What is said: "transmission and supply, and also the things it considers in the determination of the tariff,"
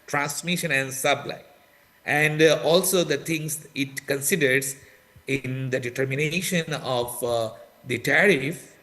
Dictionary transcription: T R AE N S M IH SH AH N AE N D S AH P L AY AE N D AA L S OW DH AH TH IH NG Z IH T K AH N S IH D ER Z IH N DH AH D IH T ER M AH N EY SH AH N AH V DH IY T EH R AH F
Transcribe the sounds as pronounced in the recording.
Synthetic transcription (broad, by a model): T R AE N S M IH SH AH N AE N D S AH B L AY AE N D AA L S OW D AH T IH NG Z IH T K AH N S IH D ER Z IH N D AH D IH T ER M AH N EY SH AH N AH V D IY T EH R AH F